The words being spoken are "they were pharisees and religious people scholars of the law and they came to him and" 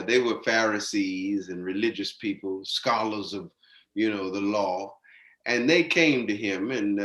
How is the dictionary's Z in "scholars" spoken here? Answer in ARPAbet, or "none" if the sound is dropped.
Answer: Z